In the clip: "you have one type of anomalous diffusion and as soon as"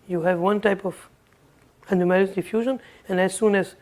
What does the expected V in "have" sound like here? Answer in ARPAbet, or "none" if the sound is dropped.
V